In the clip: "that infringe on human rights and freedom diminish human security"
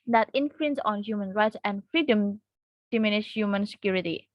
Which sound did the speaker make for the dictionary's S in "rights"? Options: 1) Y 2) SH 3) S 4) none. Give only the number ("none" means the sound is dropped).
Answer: 3